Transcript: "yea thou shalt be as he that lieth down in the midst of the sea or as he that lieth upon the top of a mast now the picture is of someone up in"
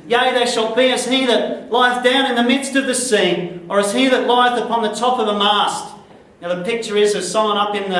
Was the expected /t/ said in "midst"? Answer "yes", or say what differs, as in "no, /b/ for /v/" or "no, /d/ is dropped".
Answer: yes